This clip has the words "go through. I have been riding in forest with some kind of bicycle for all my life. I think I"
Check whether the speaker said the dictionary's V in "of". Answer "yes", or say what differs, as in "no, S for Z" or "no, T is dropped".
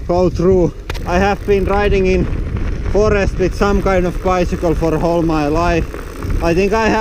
yes